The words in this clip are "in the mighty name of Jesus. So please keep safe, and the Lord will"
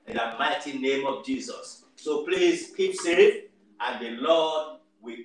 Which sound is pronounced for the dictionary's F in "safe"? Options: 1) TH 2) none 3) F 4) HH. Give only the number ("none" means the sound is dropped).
2